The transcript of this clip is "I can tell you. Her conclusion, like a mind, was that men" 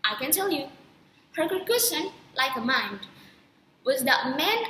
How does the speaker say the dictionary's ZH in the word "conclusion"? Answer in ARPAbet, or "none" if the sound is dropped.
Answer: SH